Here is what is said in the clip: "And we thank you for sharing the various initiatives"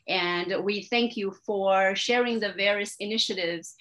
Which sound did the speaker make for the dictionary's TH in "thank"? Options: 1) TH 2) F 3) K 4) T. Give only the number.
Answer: 1